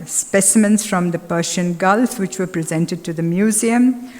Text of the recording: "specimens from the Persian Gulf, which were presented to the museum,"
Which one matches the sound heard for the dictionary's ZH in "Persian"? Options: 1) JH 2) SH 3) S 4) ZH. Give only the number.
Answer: 2